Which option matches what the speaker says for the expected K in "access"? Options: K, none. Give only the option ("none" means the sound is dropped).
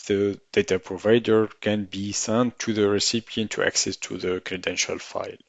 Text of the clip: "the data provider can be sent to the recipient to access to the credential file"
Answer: K